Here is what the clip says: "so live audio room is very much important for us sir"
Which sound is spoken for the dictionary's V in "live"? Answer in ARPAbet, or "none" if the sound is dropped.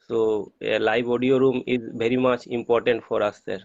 B